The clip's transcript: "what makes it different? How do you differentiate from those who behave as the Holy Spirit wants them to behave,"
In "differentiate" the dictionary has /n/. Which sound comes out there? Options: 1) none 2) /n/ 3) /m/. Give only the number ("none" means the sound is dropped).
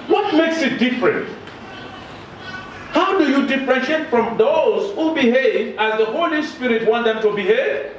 1